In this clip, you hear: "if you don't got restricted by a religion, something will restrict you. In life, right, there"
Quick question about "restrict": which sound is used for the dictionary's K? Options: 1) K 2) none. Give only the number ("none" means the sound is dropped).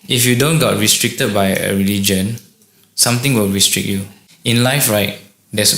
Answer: 1